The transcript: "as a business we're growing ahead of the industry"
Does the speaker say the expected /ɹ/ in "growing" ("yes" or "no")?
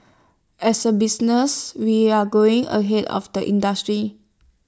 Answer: no